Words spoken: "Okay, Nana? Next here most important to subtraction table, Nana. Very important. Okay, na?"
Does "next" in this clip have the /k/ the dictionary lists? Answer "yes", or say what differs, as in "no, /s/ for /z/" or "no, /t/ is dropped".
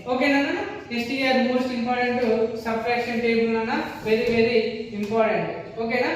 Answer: no, /k/ is dropped